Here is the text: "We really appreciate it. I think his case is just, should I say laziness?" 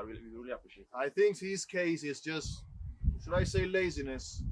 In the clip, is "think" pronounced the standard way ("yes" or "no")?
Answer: yes